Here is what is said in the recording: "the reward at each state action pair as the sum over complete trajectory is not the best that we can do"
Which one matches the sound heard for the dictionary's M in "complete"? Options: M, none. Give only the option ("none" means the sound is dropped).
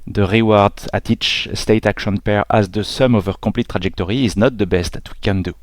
none